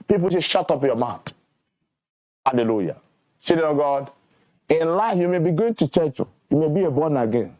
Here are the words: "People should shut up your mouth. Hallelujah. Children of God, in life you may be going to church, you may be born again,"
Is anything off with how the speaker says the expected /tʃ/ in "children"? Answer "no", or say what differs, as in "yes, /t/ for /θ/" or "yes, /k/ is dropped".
yes, /s/ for /tʃ/